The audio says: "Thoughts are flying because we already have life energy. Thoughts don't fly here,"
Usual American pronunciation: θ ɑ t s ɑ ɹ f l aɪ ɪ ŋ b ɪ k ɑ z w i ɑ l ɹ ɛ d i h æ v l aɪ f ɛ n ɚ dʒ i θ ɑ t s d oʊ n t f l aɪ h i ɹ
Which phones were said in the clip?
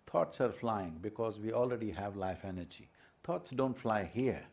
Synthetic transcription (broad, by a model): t ɑ t s ɑ ɹ f l aɪ ɪ ŋ b ɪ k ɑ z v i ɑ l ɹ ɛ d i h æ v l aɪ f ɛ n ɚ dʒ i t ɑ t s d oʊ n t f l aɪ h i ɹ